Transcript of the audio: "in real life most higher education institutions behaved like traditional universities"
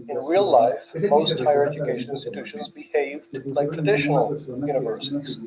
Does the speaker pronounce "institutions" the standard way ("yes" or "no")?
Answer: yes